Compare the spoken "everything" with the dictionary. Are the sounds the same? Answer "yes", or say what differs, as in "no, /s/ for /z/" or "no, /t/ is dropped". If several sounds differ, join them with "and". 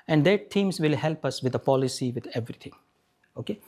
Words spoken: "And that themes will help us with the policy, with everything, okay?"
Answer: no, /t/ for /θ/